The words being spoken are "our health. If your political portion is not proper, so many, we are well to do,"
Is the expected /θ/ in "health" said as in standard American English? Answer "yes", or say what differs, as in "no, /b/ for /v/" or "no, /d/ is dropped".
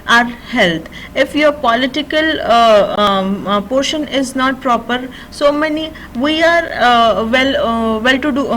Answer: no, /t/ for /θ/